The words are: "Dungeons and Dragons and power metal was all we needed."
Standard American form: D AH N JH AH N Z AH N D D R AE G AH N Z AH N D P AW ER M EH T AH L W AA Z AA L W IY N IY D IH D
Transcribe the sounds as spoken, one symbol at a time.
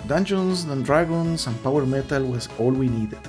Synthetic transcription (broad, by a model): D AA N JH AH N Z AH N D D R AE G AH N S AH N P AW ER M EH T AH L W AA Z AA L W IY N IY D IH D